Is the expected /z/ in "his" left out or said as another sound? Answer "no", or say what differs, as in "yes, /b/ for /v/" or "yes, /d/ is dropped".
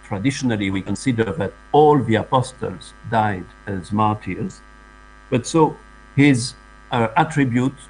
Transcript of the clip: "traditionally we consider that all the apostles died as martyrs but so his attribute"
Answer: no